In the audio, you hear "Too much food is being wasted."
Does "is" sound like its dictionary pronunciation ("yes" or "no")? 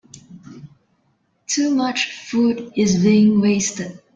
yes